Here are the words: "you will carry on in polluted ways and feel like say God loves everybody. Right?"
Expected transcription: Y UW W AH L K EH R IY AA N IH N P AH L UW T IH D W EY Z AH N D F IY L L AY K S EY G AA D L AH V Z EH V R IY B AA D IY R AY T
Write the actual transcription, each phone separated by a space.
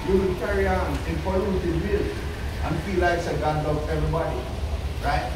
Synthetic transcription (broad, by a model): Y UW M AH N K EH R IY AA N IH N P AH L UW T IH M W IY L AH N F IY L L AY K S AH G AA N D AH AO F EH V R IY B AA D IY R AY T